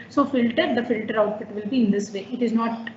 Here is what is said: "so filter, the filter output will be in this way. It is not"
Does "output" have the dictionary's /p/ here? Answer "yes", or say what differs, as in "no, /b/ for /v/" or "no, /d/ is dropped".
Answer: no, /f/ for /p/